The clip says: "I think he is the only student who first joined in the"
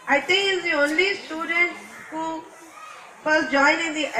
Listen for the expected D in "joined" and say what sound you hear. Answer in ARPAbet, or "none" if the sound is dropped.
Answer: none